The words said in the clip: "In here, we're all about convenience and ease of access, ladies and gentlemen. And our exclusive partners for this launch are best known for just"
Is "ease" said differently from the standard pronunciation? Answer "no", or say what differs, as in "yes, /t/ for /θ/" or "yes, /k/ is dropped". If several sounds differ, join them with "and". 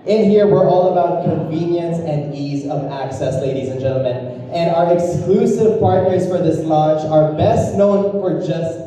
no